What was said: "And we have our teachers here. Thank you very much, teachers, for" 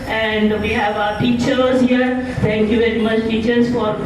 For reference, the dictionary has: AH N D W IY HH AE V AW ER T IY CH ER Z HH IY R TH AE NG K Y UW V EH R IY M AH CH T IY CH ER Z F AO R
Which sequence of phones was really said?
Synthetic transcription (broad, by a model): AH N D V IY HH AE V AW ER T IY CH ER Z HH IY R T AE NG K Y UW V EH R IY M AH CH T IY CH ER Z F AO R